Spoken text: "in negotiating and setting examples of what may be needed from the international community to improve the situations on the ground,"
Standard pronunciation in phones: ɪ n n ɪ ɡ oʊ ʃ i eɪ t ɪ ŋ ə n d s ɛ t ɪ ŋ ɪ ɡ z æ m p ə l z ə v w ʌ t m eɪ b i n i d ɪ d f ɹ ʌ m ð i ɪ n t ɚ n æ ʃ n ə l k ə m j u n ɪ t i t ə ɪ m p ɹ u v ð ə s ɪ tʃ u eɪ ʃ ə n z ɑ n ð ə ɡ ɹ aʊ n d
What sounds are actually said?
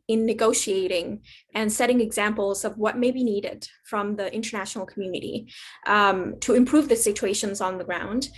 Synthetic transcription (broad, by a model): ɪ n n ɪ ɡ oʊ ʃ i eɪ t ɪ ŋ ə n s ɛ t ɪ ŋ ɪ ɡ z æ m p l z ə v w ʌ t m eɪ b i n i d ɪ d f ɹ ʌ m ð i ɪ n t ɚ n æ ʃ n l k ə m j u n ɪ t i t ə ɪ m p ɹ u v ð ə s ɪ tʃ u eɪ ʃ ə n z n ð ə ɡ ɹ aʊ n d